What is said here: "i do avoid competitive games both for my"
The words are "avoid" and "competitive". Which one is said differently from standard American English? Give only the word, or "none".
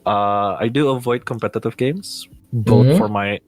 none